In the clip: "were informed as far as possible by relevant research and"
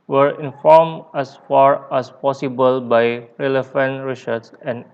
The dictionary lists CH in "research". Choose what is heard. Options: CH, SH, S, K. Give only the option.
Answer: S